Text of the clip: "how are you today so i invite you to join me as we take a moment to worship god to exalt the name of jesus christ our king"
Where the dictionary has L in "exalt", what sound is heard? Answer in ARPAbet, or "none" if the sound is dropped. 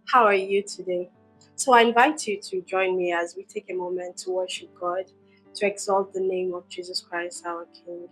L